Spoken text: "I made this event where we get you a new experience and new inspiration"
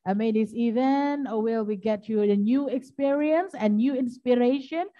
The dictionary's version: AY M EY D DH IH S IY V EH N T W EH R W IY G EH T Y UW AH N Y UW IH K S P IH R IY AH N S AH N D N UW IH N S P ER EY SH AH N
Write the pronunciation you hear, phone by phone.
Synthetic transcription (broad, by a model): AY M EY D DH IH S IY V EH N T W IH L W IY G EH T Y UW AH N Y UW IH K S P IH R IY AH N S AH N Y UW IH N S P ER EY SH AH N